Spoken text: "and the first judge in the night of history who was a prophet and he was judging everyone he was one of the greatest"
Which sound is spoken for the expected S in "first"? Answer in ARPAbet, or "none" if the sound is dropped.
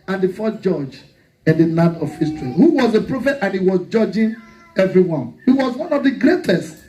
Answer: none